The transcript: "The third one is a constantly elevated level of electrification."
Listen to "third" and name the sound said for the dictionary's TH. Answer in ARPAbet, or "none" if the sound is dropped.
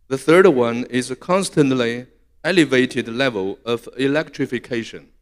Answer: TH